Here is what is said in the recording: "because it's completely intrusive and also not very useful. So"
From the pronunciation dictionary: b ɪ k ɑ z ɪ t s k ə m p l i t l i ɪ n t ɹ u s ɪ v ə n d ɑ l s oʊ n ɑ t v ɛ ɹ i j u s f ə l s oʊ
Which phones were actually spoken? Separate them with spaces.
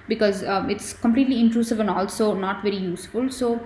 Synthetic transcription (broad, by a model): b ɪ k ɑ z ɪ t s k ə m p l i t l i ɪ n t ɹ u s ɪ v ə n d ɑ l s oʊ n ɑ t v ɛ ɹ i j u s f ə l s oʊ